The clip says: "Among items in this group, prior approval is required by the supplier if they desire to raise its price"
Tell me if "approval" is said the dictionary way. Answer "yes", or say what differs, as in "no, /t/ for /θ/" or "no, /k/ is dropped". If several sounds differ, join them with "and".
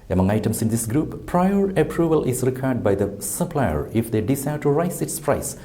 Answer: yes